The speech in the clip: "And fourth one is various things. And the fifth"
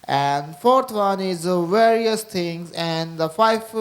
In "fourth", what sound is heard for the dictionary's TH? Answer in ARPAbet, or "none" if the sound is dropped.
T